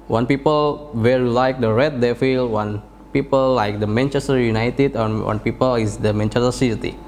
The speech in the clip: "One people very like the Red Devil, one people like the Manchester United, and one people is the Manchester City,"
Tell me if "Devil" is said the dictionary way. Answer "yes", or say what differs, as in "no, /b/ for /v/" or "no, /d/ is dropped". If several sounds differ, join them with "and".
no, /f/ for /v/